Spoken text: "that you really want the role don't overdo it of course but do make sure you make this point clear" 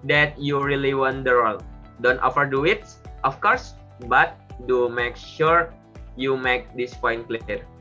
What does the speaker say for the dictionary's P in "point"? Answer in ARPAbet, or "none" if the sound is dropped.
F